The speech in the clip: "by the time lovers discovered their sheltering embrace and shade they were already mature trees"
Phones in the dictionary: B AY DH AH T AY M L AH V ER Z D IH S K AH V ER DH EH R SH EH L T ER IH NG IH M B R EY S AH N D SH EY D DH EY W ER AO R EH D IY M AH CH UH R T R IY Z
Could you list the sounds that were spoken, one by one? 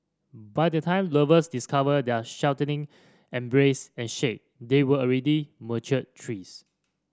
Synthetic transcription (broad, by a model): B AY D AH T AY M L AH V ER S D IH S K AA V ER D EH SH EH W T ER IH NG IH M B R EY S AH N SH EY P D EY W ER AO R EH D IY M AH CH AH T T R IY S